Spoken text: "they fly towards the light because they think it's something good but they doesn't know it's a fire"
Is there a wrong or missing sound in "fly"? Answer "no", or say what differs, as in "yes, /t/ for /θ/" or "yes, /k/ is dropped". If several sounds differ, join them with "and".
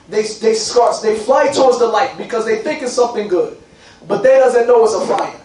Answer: no